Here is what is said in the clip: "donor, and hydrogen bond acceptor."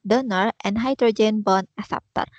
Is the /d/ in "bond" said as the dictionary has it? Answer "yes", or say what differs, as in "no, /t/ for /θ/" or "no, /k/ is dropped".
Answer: no, /d/ is dropped